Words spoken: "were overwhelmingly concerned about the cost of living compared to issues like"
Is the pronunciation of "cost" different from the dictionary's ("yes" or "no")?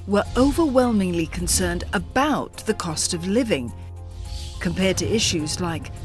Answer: no